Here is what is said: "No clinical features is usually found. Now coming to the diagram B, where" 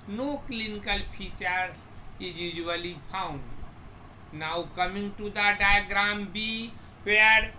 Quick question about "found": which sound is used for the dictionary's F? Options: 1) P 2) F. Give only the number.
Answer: 1